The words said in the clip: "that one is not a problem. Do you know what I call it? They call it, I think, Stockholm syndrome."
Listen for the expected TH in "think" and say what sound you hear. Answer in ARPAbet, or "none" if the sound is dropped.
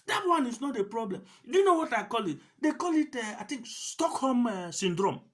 T